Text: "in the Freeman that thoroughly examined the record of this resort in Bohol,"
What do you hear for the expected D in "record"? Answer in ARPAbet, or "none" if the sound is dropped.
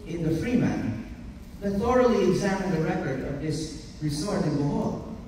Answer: D